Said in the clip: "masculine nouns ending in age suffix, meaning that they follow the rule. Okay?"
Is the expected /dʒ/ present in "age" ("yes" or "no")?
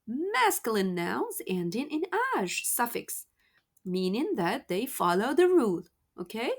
no